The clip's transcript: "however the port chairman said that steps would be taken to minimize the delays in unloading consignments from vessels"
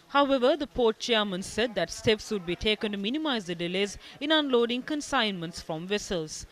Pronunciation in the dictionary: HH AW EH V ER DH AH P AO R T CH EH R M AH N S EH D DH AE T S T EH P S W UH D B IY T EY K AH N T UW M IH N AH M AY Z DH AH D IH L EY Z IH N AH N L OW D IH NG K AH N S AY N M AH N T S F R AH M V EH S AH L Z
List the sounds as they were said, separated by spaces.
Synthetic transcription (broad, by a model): HH AW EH V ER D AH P AO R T CH EH R M AH N S EH D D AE T S T EH P S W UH D B IY T EY K AH N T UW M IH N AH M AY Z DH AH D IH L EY Z IH N AH N L OW D IH NG K AH N S AY N M AH N T S F R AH M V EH S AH L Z